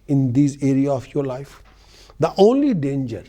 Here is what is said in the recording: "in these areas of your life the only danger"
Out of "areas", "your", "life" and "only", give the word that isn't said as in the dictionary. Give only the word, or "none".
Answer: areas